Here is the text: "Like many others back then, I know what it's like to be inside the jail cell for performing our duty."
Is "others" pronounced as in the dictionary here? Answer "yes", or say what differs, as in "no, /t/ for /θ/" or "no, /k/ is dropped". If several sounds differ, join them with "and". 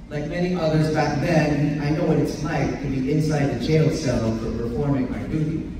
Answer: yes